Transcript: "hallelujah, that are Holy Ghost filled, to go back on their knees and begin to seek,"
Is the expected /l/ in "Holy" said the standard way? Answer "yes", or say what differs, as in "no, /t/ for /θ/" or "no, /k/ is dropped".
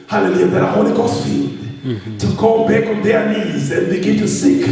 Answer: no, /n/ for /l/